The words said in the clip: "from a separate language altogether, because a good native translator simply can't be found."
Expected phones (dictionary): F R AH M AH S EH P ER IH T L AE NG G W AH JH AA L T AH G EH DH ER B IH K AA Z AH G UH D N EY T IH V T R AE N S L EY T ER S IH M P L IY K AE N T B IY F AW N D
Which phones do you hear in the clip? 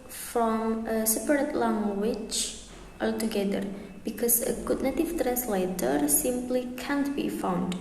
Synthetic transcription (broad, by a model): F R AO M AH S EH P ER IH T L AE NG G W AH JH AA L T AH G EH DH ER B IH K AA S AH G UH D N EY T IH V T R AE N S L EY T ER S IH M P L IY K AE N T B IY F AW N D